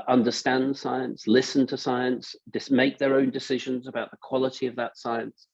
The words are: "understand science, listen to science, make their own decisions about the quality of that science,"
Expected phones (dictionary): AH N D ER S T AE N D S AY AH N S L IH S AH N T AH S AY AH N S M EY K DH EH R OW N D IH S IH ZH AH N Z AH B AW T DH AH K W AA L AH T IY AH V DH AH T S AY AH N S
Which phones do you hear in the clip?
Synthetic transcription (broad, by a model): AH N D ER S T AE N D S AY AH N S L IH S AH N T AH S AY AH N S M EY K DH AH R OW N D IH S IH ZH AH N Z AH B AW T DH AH K W AA L AH T IY AH V DH AH T S AY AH N S